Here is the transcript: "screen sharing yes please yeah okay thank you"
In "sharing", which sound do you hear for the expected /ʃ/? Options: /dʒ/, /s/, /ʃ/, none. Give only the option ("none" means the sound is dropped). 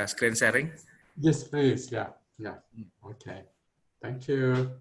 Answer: /s/